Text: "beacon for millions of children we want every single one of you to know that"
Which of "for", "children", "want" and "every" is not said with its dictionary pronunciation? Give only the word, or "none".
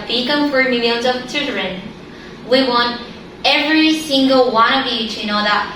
children